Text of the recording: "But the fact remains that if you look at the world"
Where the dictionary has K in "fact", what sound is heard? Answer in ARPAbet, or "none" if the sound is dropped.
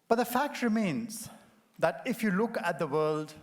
K